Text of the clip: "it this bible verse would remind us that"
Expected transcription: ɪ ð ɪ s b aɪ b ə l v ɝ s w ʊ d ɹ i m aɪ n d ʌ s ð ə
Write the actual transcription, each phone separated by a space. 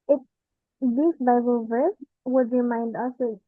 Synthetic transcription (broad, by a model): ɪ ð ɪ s b aɪ b ə l v ɝ s w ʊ d ɹ i m aɪ n d ʌ s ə